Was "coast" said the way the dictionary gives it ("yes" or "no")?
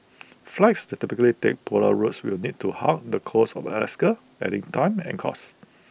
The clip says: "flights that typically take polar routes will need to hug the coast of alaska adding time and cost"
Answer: no